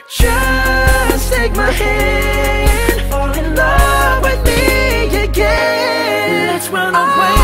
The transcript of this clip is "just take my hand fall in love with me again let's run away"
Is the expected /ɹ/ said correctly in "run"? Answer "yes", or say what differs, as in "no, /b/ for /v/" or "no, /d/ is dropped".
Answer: no, /w/ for /ɹ/